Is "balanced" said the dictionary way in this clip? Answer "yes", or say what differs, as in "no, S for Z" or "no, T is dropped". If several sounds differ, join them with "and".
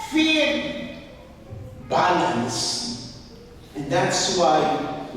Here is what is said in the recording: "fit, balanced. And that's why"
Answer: no, T is dropped